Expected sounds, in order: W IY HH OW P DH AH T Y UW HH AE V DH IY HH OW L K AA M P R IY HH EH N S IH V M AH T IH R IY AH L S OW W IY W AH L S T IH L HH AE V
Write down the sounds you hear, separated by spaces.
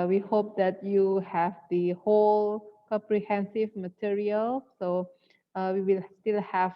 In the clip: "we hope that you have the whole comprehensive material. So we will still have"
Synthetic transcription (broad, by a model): W IY HH OW P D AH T Y UW HH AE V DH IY HH OW L K AA M P R IY HH EH N S IH V M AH T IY R IY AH L S OW W IY W AH L S T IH L HH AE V